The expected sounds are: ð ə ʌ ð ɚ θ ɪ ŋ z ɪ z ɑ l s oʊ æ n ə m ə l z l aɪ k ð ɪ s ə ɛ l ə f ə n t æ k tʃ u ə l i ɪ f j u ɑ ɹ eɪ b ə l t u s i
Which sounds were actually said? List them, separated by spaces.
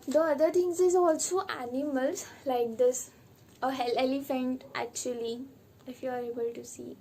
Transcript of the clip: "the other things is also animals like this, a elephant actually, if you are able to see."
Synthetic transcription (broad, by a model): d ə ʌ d ɚ t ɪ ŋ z ɪ z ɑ l s oʊ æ n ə m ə l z l aɪ k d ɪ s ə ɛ l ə f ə n t æ k tʃ u ə l i ɪ f j u ɑ ɹ eɪ b ə l t u s i